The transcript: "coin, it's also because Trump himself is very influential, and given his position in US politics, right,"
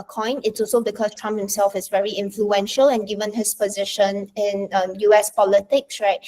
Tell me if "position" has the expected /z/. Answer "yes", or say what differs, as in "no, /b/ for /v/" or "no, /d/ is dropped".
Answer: yes